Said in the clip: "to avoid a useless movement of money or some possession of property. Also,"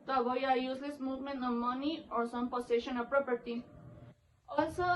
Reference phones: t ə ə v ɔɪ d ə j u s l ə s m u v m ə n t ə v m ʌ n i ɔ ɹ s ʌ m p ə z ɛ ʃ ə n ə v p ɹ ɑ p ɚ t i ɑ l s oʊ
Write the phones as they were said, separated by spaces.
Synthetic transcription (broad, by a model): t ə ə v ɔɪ ə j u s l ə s m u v m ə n ə m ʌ n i ɔ ɹ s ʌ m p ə s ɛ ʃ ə n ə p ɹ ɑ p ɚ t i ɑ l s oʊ